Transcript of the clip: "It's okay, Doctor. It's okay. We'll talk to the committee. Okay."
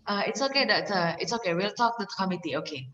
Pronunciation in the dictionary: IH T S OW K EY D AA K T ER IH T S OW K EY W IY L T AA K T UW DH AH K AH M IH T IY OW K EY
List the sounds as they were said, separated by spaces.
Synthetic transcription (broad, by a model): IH T S OW K EY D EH T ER IH T S OW K EY W IY L T AA K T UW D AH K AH M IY T IY OW K EY